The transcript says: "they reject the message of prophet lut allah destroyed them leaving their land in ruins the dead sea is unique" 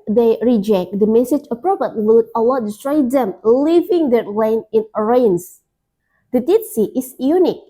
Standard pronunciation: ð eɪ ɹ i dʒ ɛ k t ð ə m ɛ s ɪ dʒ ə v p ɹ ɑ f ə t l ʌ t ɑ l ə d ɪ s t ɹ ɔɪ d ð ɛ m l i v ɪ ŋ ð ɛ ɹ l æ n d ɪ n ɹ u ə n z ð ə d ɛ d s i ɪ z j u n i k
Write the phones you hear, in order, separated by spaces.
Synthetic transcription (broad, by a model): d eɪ ɹ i dʒ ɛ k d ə m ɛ s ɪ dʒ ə p ɹ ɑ p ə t w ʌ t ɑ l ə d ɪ s t ɹ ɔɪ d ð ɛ m l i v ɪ ŋ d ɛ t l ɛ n ɪ n ɹ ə n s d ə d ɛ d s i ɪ s j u n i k